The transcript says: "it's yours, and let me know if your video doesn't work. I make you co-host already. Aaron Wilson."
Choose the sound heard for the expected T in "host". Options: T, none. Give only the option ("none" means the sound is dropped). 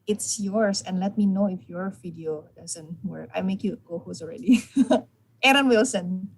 none